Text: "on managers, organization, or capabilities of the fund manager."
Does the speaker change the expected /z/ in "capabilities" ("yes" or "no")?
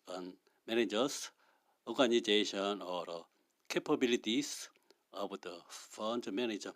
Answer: yes